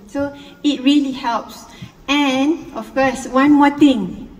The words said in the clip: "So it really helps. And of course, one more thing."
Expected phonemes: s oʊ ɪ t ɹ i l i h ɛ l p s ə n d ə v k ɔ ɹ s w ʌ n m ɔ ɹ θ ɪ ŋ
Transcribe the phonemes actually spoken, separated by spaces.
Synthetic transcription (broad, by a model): s oʊ ɪ t ɹ i l i h ɛ l p s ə n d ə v k ɔ s w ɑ n m ɔ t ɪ ŋ